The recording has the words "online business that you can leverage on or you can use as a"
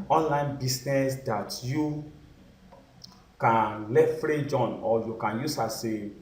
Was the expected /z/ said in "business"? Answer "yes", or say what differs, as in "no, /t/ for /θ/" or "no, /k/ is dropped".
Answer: no, /s/ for /z/